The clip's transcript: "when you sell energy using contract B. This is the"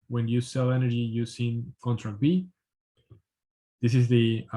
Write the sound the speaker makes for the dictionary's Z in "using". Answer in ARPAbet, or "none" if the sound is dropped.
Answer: S